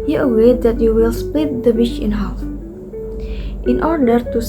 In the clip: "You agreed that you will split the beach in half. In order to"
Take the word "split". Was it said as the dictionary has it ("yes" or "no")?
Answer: yes